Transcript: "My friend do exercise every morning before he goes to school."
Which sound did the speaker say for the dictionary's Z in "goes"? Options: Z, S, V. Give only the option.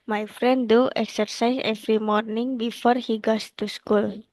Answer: S